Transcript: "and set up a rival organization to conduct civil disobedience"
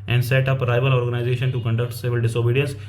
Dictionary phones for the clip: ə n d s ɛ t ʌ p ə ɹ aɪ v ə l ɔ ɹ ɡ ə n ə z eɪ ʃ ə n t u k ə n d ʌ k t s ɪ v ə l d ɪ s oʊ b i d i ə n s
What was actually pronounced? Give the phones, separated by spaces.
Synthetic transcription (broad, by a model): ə n d s ɛ t ʌ p ɹ aɪ v ə l ɔ ɹ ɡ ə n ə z eɪ ʃ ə n t u k ə n d ʌ k t s ɪ v ə l d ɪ s oʊ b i d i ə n s